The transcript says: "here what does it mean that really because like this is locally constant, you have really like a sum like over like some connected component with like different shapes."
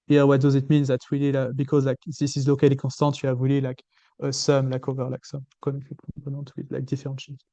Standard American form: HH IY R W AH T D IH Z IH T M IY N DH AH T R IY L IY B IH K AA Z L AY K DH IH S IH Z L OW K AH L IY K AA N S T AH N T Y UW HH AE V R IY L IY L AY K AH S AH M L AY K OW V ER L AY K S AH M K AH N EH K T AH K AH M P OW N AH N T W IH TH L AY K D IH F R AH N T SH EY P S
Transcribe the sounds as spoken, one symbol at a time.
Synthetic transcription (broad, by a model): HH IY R W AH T D IH Z IH T M IY N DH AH T W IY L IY B IH K AA Z L AY K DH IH S IH Z L OW K AH L IY K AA S T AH T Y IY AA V W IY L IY L AY K AH S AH M L AY K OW V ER L AY K S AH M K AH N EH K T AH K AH P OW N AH T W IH L AY K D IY F R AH T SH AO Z